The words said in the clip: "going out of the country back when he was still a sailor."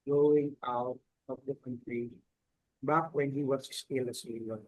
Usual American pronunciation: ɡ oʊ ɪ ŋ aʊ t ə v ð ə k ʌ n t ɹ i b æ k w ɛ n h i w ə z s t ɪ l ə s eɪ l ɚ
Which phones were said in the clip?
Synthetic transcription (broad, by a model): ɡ oʊ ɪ ŋ aʊ t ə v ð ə k ʌ n t ɹ i b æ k w ɛ n h i w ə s s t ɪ l ə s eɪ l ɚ